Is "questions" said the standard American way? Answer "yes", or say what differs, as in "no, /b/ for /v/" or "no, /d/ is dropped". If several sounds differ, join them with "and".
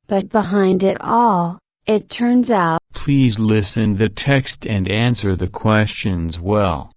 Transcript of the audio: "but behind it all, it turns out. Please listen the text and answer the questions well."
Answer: yes